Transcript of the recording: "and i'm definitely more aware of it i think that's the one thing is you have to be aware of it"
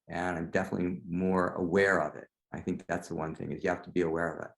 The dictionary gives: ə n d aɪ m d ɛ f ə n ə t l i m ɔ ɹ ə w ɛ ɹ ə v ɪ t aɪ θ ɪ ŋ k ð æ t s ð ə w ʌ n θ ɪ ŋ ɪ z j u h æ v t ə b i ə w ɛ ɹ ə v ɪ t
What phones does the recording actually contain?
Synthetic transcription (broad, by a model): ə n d aɪ m d ɛ f ə n ə t l i m ɔ ɹ ə w ɛ ɹ ə v ɪ t aɪ θ ɪ ŋ k ð æ t s ð ə w ʌ n θ ɪ ŋ ɪ z j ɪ h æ f t ə b i ə w ɛ ɹ ə v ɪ t